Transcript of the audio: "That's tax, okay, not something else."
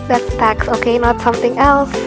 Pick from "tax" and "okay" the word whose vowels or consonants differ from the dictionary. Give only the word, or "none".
none